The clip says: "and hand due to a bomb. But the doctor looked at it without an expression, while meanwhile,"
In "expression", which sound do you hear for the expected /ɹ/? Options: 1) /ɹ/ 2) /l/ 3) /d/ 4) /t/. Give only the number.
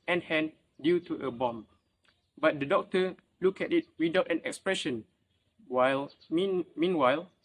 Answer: 1